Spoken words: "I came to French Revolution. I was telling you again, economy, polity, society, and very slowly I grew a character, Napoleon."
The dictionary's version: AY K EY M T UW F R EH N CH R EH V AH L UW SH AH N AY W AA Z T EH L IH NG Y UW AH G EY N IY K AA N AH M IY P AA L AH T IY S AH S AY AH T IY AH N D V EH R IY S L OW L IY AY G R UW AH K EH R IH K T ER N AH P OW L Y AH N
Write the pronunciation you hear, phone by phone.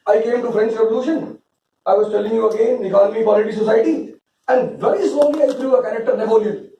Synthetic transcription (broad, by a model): AY K EY M T UW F R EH N S R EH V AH L UW SH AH N AY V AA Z T EH L IH NG Y UW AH G EY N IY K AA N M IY P AA L AH T IY S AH S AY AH T IY AH N D V EH R IY S OW L IY AY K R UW AH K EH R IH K T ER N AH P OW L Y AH